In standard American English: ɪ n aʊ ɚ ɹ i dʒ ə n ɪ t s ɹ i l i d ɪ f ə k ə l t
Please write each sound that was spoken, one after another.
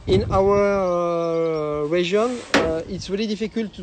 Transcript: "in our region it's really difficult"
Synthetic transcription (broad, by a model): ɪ n aʊ ɚ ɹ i ʒ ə n ɪ t s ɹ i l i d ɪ f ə k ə l t